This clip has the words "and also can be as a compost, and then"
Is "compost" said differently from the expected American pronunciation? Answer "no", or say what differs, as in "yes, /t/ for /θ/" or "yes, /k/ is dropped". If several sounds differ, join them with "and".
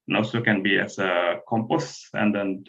yes, /t/ is dropped